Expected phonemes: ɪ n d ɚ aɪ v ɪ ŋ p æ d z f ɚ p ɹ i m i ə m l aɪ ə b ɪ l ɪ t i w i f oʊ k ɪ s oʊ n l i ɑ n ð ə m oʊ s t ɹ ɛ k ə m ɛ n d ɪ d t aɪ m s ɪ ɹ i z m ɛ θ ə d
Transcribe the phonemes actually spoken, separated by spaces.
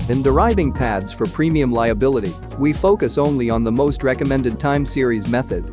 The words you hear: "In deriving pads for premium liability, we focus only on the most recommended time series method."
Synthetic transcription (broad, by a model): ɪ n d ɚ aɪ v ɪ ŋ p æ d z f ɚ p ɹ i m i ə m l aɪ ə b ɪ l ɪ t i w i f oʊ k ɪ s oʊ n l i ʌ n ð ə m oʊ s t ɹ ɛ k ə m ɛ n d ɪ d t aɪ m s ɪ ɹ i z m ɛ θ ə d